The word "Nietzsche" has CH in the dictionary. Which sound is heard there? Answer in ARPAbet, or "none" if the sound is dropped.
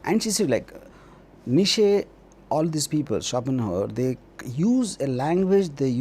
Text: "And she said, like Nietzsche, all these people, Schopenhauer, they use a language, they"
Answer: SH